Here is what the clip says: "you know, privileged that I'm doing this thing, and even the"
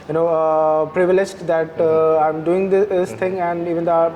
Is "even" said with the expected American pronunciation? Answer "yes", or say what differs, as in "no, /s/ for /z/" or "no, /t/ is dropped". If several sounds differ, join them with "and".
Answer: yes